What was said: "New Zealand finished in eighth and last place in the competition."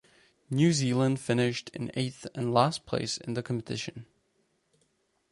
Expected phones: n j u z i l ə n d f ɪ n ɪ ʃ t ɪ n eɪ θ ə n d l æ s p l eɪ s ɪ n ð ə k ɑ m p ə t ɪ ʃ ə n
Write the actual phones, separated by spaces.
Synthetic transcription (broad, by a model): n j u z i l ə n d f ɪ n ɪ ʃ t ɪ n eɪ θ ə n l æ s p l eɪ s ɪ n ð ə k ɑ m p ə t ɪ ʃ ə n